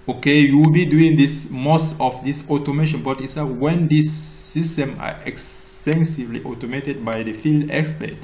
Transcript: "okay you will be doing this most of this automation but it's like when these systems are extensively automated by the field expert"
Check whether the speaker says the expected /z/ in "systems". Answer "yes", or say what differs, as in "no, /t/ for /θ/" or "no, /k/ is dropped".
no, /z/ is dropped